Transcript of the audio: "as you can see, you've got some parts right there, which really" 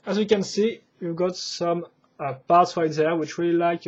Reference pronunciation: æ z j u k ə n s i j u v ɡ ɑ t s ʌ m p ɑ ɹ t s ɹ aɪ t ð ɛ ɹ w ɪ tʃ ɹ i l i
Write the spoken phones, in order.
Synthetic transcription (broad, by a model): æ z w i k ə n s i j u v ɡ ɑ t s ʌ m p ɑ ɹ t s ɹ aɪ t ð ɛ ɹ w ɪ tʃ ɹ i l i